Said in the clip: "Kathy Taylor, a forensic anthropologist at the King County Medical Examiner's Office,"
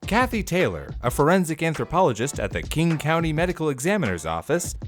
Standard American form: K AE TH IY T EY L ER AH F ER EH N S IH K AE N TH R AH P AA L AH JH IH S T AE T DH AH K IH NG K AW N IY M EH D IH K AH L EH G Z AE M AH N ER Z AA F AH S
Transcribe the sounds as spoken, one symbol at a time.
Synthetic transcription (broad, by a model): K AE TH IY T EY L ER AH F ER EH N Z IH K AE N TH R AH P AA L AH JH IH S T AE T DH AH K IH NG K AW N IY M EH D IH K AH L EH G Z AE M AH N ER Z AA F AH S